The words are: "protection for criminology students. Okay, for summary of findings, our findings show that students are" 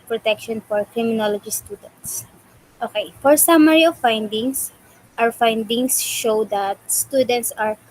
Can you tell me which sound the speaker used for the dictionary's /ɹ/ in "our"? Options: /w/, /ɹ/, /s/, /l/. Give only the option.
/w/